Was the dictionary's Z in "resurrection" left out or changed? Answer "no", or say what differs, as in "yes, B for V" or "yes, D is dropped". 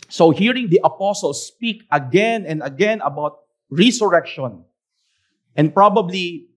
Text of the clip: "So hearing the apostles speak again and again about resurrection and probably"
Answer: yes, S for Z